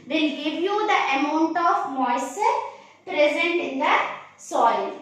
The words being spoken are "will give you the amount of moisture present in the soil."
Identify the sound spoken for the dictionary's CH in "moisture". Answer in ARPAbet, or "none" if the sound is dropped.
none